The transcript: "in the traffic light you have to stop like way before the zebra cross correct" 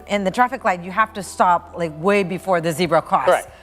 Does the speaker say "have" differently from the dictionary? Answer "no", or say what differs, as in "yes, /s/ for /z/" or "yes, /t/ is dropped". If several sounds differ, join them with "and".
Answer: yes, /f/ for /v/